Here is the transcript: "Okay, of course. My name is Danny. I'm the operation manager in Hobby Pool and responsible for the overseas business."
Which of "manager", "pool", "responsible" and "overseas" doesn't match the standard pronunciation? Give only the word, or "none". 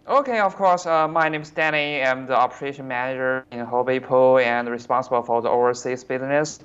overseas